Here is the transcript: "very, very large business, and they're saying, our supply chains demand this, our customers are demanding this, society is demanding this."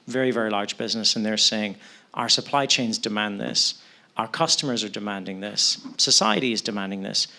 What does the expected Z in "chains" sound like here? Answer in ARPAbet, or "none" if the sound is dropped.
Z